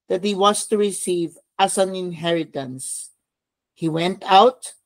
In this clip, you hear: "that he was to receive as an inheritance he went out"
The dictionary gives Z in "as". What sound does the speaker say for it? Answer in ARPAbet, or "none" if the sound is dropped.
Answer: S